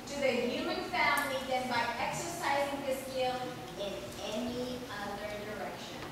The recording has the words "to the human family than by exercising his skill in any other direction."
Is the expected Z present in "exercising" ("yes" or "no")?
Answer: yes